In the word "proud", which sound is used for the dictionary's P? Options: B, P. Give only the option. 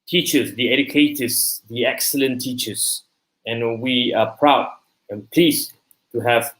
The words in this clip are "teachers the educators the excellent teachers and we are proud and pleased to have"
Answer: P